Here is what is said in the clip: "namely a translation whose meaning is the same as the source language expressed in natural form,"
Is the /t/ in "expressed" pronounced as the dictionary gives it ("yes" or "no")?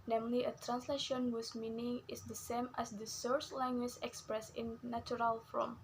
no